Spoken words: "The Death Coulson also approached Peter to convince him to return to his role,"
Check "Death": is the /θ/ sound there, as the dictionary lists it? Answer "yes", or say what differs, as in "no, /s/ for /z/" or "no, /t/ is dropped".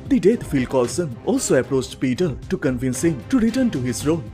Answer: no, /f/ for /θ/